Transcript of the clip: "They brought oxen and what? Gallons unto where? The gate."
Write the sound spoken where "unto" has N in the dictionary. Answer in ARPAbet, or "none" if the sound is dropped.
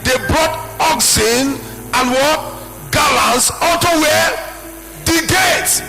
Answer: none